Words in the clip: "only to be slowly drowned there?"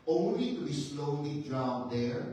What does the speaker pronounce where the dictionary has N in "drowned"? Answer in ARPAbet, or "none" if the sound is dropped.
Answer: none